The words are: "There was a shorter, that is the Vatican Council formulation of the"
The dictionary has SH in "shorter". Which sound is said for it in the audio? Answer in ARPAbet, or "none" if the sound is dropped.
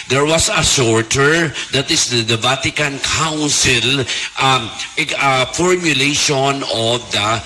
S